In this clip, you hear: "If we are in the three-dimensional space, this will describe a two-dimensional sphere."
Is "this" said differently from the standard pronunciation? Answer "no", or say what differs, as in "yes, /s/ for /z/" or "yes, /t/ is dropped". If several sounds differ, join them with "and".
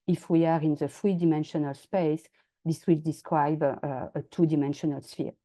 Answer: no